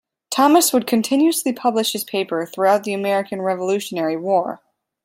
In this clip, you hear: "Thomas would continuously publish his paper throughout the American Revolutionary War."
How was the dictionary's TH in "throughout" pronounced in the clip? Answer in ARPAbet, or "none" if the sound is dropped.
TH